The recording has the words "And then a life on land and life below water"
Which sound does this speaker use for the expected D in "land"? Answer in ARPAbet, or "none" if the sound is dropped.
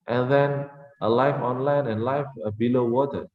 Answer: none